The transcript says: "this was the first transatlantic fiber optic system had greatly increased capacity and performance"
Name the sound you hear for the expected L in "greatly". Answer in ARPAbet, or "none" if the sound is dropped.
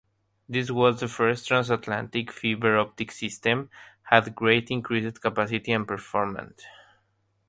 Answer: none